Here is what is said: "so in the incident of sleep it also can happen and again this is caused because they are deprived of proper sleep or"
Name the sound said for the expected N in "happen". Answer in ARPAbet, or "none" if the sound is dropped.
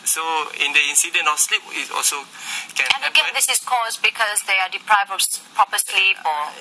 none